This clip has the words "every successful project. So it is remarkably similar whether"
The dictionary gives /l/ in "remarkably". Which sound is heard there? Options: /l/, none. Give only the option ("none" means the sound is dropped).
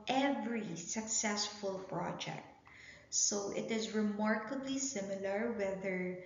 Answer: /l/